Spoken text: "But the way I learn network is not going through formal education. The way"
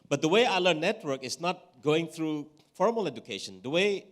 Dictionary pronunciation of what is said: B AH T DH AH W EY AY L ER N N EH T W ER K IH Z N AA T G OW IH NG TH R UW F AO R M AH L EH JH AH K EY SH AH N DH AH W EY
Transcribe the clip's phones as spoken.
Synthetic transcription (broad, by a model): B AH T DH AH W EY AY L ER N N EH T W ER K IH S N AA T G OW IH NG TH R UW F AO R M AH L EH JH AH K EY SH AH N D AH W EY